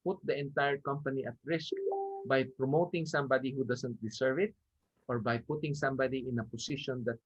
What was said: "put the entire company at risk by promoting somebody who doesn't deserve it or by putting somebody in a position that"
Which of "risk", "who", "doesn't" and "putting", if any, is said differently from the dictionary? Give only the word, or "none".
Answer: doesn't